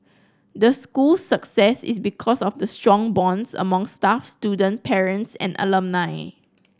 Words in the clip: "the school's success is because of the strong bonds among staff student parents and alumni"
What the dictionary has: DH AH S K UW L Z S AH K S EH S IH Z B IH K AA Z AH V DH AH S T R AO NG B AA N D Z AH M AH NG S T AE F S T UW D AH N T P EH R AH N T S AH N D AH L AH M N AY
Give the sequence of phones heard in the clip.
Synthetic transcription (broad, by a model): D AH S K UW L S AH K S EH S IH S B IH K AA S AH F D AH S T R AO NG B AA N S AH M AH NG S T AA F S T UW D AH N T P EH R AH N T S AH N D AH L AH M N AY